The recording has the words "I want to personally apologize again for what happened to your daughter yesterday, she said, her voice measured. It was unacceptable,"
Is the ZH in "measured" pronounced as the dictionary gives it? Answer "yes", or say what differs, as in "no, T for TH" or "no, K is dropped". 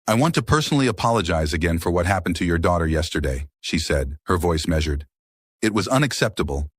yes